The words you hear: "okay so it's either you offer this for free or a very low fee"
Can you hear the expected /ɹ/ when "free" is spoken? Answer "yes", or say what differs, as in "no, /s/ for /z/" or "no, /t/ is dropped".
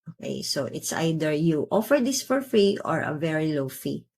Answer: yes